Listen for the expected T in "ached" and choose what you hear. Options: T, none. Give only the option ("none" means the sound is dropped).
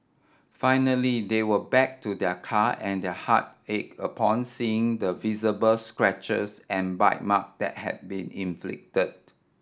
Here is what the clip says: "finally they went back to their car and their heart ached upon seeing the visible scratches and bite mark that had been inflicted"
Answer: none